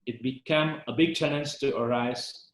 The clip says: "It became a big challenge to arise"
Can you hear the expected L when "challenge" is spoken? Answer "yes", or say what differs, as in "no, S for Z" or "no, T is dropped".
no, N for L